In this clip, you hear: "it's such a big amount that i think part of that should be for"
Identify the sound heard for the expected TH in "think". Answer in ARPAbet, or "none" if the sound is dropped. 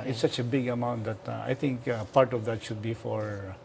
T